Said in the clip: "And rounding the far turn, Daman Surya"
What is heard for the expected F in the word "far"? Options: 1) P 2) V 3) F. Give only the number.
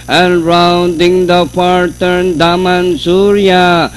1